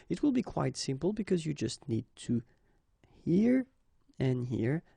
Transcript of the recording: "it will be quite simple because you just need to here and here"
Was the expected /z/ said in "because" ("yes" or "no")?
yes